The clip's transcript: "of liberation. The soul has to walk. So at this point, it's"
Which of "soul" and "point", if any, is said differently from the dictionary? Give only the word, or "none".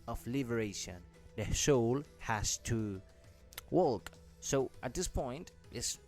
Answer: soul